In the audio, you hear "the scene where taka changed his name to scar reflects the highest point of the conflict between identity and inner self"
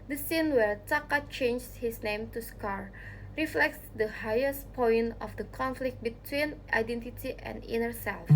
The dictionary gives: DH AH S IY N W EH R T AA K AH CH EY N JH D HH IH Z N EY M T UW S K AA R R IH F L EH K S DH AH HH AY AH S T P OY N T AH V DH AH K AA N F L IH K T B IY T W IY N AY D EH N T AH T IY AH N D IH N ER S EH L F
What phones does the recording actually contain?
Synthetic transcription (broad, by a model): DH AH S IY N W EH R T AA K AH CH EY N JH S HH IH S N EY M T UW S K AA R R IH F L EH K S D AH HH AY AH S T P OY N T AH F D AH K AA N F L IH K T B IY T W IY N AY D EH N T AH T IY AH N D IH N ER S EH L F